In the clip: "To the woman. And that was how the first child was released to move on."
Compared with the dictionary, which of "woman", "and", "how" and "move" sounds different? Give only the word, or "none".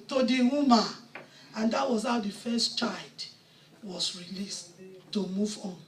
woman